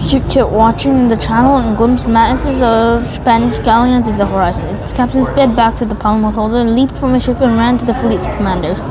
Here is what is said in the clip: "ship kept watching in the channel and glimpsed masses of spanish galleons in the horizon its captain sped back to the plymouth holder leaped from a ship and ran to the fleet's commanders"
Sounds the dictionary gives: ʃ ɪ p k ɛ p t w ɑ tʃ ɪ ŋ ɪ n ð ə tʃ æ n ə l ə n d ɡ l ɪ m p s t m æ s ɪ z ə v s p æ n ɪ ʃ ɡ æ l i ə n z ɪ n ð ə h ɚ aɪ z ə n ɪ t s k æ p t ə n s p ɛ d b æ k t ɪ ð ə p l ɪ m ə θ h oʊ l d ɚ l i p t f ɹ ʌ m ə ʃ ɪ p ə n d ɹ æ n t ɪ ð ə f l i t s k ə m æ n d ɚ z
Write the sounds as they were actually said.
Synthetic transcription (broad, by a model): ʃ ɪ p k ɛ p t w ɑ tʃ ɪ ŋ ɪ n ð ə tʃ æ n l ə n ɡ l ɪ m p s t m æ s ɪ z ə v s p æ n ɪ ʃ ɡ æ l i ə n z ɪ n ð ə h ɚ aɪ z ə n ɪ t s k æ p t ə n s b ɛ d b æ k t ɪ ð ə p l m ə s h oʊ l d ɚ l i p t f ɹ ʌ m ə ʃ ɪ p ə n ɹ æ n t ɪ ð ə f l i t s k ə m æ n d ɚ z